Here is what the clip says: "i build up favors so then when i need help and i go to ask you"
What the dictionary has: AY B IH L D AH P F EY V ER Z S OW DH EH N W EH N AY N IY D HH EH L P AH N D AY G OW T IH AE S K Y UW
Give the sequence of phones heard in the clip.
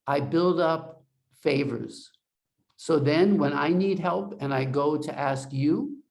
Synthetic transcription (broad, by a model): AY B IH L D AH P F EY V ER Z S OW DH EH N W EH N AY N IY D HH EH L P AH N AY G OW T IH AE S K Y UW